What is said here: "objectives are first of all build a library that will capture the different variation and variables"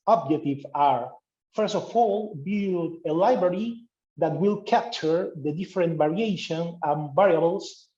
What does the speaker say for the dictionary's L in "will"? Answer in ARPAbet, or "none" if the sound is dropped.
L